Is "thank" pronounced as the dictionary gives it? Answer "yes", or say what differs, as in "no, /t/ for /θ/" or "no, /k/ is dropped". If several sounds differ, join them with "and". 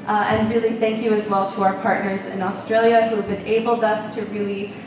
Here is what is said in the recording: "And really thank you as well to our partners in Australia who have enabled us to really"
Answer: yes